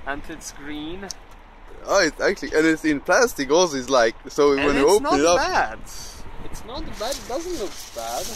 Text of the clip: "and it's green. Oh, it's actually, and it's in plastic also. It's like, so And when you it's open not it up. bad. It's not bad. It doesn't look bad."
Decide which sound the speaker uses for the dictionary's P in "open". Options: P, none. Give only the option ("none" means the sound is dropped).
none